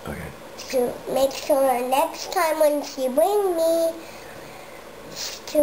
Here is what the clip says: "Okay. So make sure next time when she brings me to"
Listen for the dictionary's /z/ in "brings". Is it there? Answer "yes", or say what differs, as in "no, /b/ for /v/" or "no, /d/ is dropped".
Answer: no, /z/ is dropped